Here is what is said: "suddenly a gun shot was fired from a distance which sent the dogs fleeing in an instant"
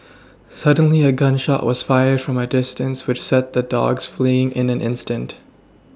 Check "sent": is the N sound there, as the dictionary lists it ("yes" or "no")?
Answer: no